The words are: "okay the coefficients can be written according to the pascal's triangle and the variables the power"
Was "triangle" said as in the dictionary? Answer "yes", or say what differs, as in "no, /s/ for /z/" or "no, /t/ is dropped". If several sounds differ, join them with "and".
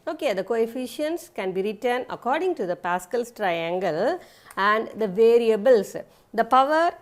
yes